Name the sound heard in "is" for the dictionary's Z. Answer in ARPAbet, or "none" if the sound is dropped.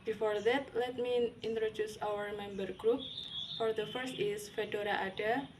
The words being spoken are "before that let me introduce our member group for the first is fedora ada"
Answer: S